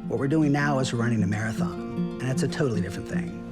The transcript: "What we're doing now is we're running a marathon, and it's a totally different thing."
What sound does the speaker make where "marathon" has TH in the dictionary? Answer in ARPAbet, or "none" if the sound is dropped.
TH